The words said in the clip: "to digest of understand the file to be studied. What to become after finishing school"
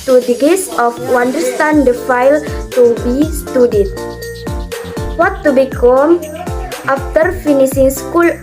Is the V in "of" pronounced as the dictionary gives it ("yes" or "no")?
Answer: no